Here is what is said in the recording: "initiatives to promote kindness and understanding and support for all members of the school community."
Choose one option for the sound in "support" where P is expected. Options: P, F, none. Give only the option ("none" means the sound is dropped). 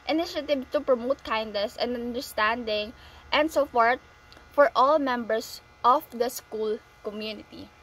F